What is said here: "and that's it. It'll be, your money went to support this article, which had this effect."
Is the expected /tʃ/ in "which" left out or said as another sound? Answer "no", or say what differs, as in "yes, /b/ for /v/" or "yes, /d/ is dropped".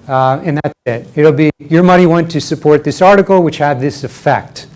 no